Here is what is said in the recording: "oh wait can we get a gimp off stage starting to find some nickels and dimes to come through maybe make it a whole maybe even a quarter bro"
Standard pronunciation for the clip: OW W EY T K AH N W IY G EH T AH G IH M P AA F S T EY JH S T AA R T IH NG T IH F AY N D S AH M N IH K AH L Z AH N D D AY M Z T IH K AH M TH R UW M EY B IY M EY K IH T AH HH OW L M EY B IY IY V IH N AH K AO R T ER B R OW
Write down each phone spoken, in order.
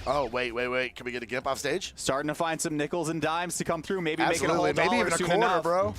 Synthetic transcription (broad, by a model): OW W EY T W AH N W IY G EH T AH G IH M P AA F S T EY JH S T AA R T IH NG T IH F AY N D S AH M N IH K L Z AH N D D AY M Z T IH K AH M TH R UW M EY B IY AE EY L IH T AH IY M EY B IY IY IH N AH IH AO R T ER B R OW